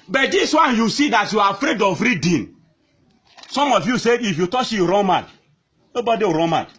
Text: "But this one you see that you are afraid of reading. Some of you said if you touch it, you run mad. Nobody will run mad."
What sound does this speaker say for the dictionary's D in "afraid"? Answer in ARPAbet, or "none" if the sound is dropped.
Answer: D